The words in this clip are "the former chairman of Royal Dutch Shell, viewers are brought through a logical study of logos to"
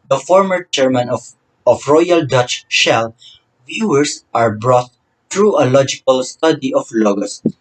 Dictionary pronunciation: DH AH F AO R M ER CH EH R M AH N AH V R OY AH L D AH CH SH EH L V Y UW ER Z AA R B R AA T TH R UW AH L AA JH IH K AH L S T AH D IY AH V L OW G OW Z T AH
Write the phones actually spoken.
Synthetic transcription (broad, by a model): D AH F AO R M ER CH EH R M AH N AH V R OY AH L D AH CH SH EH L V Y UW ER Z AA R B R AA T T R UW AH L AA JH IH K AH L S T AH D IY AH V L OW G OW S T